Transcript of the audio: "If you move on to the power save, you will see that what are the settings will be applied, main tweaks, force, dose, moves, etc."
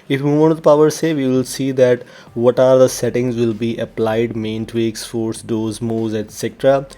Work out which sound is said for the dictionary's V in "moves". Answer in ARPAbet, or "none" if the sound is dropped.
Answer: none